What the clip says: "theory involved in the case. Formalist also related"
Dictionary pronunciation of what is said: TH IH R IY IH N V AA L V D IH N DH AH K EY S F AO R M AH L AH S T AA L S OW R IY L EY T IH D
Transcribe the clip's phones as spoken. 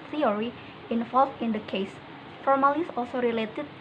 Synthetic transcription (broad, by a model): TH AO R IY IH N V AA L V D IH N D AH K EY S F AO R M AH L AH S AA L S OW R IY L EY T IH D